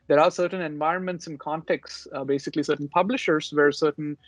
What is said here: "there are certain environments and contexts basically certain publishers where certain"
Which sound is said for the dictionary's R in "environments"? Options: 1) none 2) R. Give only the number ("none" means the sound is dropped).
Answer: 2